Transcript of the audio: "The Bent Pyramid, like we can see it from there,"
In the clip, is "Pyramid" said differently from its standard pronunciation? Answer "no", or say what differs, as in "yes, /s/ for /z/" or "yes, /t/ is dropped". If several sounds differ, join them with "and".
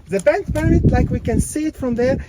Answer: yes, /b/ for /p/